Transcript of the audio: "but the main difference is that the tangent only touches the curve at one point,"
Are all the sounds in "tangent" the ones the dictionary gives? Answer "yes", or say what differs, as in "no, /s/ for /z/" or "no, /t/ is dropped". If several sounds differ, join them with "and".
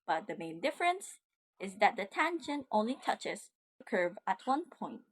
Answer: no, /ʃ/ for /dʒ/